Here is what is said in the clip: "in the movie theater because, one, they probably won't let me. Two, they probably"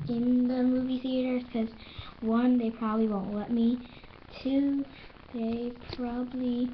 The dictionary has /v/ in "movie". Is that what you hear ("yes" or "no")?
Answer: yes